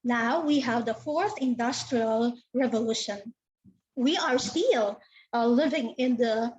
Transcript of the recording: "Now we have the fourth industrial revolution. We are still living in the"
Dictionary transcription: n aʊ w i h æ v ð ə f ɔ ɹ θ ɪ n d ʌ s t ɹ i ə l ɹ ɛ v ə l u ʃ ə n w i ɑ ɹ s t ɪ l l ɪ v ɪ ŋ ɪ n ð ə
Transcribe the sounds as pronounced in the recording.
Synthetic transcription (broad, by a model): n aʊ w i h æ v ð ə f ɔ ɹ θ ɪ n d ʌ s t ɹ i ə l ɹ ɛ v ə l u ʃ ə n w i ɑ ɹ s t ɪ l l ɪ v ɪ ŋ ɪ n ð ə